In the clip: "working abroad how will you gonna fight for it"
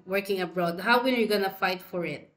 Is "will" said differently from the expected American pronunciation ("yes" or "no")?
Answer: yes